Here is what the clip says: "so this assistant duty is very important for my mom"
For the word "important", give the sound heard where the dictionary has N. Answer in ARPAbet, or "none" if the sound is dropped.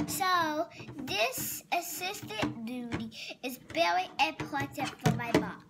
none